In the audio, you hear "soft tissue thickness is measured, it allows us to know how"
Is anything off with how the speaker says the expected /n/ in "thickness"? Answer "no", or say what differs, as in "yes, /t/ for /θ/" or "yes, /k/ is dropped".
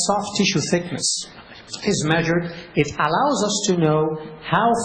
no